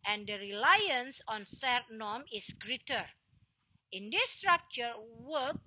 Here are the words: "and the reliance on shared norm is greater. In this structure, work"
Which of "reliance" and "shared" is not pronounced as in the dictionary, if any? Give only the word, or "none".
shared